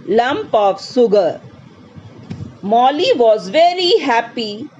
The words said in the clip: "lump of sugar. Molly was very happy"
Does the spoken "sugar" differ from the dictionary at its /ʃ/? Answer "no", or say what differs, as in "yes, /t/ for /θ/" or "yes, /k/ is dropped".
yes, /s/ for /ʃ/